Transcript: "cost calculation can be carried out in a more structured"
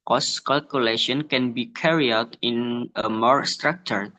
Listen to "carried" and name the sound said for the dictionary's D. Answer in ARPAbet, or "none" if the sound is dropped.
none